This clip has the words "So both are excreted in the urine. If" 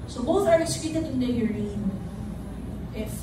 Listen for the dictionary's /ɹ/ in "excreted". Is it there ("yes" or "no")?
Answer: no